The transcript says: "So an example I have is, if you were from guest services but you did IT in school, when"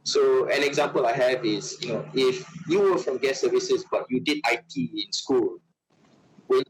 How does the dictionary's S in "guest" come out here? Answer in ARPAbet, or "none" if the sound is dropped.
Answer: none